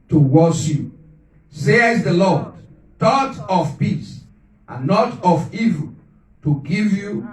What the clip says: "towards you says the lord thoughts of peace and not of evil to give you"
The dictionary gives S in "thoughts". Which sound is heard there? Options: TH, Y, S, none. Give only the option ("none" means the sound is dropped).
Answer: none